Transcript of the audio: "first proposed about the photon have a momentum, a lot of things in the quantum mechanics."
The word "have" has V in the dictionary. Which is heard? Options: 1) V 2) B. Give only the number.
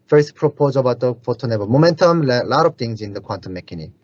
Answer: 2